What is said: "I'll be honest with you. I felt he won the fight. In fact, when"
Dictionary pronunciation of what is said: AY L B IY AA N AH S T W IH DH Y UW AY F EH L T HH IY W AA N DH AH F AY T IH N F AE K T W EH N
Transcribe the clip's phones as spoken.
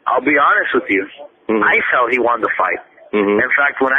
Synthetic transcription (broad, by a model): AY L B IY AA N AH S T W IH DH Y UW AY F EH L HH IY W AA N DH AH F AY T IH N F AE K T W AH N